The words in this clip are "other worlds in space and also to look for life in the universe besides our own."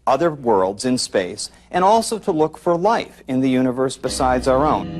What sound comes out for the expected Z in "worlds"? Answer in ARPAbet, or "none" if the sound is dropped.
Z